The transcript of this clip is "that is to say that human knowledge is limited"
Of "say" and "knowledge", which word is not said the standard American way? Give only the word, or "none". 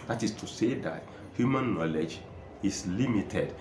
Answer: none